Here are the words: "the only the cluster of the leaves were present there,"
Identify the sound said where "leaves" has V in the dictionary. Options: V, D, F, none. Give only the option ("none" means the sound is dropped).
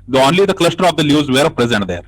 none